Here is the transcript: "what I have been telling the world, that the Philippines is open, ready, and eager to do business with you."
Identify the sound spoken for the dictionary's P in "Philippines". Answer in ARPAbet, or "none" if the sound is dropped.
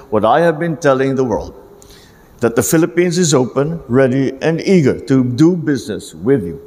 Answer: P